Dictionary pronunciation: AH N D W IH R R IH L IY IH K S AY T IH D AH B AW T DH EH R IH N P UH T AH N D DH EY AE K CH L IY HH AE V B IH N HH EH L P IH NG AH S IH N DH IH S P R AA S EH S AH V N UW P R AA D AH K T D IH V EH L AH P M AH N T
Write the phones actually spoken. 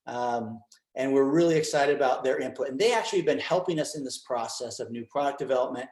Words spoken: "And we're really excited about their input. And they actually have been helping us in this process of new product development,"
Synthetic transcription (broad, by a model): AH N W IH R R IH L IY IH K S AY T IH D AH B AW T DH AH R IH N P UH T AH N DH EY AE K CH IY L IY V B IH N HH EH L P IH NG AH S IH N DH IH S P R AA S EH S AH V N UW P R AA D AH K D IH V EH L AH P M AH N T